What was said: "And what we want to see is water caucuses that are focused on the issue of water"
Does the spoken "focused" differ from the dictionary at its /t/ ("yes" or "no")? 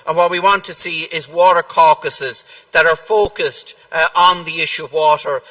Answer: no